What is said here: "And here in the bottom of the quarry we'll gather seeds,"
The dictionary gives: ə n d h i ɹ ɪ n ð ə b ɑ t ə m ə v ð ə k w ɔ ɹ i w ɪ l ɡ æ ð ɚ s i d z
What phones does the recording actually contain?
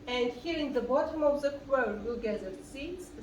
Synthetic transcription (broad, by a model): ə n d h i ɹ ɪ n ð ə b ɑ t ə m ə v ð ə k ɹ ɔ i w ɪ l ɡ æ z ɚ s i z